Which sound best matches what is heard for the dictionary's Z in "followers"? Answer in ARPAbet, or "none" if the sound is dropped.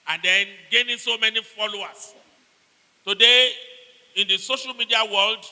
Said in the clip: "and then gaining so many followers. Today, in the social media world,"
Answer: S